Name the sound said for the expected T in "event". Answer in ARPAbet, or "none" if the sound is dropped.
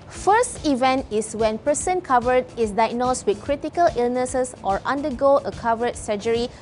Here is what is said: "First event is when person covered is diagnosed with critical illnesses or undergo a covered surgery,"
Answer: T